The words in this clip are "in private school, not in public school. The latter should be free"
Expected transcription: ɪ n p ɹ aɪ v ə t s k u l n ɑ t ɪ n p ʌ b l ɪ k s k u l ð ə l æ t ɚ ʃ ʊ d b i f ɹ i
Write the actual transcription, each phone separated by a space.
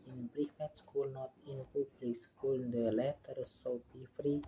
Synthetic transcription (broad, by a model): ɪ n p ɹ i f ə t s k u l n ɑ t ɪ n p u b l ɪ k s k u l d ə l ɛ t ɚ s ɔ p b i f ɹ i